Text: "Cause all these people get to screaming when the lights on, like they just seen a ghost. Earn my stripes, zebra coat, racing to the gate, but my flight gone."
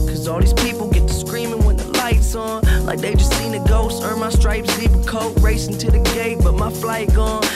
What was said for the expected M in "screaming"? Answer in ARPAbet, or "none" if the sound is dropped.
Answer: M